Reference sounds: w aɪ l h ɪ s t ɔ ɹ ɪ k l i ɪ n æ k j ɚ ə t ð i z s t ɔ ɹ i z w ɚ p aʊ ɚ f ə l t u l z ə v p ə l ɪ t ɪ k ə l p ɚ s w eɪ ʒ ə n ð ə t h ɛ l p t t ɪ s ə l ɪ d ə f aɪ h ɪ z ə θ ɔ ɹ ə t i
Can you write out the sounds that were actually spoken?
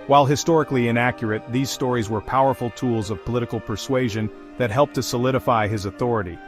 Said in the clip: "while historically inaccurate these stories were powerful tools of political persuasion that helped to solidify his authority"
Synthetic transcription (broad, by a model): w aɪ l h ɪ s t ɔ ɹ ɪ k l i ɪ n æ k j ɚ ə t ð i z s t ɔ ɹ i z w ɚ p aʊ ɚ f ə l t u l z ə v p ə l ɪ t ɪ k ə l p ɚ s w eɪ ʒ ə n ð ə t h ɛ l p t t ɪ s ə l ɪ d ə f aɪ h ɪ z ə θ ɔ ɹ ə t i